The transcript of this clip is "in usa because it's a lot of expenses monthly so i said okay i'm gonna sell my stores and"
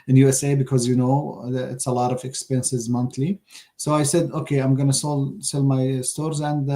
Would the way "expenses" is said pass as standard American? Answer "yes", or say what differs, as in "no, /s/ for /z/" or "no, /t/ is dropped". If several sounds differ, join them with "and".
yes